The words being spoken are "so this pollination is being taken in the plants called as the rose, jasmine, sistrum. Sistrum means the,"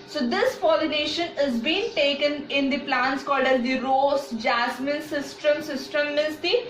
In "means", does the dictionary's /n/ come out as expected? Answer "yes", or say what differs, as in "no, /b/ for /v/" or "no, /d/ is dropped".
no, /n/ is dropped